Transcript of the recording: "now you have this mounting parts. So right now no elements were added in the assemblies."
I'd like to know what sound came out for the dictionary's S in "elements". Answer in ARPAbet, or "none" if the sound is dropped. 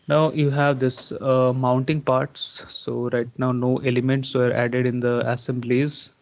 S